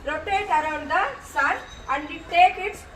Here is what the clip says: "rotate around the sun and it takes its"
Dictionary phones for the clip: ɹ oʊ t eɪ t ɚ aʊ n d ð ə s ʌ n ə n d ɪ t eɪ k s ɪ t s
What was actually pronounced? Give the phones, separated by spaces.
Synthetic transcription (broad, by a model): ɹ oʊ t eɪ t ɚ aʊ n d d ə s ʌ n ə n d ɪ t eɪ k ɪ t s